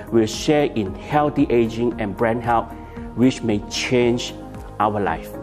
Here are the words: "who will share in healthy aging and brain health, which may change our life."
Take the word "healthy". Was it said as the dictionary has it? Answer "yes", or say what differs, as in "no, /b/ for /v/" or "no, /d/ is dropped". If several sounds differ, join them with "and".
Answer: no, /t/ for /θ/